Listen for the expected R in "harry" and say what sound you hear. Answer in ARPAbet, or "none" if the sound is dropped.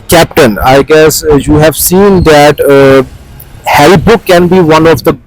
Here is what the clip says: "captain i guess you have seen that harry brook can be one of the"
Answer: none